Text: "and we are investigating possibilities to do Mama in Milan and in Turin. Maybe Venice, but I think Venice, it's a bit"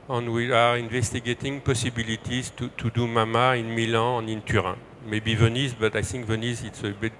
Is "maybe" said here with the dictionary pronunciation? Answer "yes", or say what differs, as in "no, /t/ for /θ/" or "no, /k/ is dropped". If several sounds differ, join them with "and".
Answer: yes